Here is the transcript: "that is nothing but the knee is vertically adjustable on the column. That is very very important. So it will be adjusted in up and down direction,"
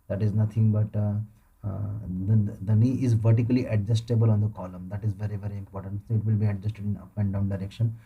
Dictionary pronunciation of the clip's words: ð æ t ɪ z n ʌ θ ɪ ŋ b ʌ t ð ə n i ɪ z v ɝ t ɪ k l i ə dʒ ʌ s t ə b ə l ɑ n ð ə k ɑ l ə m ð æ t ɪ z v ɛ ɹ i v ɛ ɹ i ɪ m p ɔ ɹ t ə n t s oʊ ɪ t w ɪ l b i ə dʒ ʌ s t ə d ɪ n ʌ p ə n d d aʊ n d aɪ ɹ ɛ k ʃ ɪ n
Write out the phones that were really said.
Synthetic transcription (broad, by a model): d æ t ɪ z n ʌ t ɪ ŋ b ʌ t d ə n i ɪ z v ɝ t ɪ k l i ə dʒ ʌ s t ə b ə l ɑ n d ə k ɑ l ə m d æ t ɪ z v ɛ ɹ i v ɛ ɹ i ɪ m p ɔ ɹ t ə n t s oʊ ɪ t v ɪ l b i ə dʒ ʌ s t ə d ɪ n ʌ p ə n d d aʊ n d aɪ ɹ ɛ k ʃ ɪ n